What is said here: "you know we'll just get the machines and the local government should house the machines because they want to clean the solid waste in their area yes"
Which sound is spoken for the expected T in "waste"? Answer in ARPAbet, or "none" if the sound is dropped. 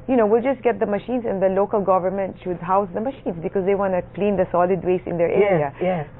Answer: none